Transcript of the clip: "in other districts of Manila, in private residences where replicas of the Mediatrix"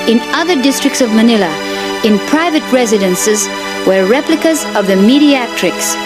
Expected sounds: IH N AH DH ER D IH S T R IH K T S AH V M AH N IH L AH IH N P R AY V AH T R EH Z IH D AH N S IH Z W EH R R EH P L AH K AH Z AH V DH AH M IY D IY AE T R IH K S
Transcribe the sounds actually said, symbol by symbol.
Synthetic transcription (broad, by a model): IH N AH DH ER D IH S T R IH K T S AH V M AH N IH L AH IH N P R AY V AH T R EH Z IH D AH N S IH Z W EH R R EH P L AH K AH Z AH V DH AH M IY D IY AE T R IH K S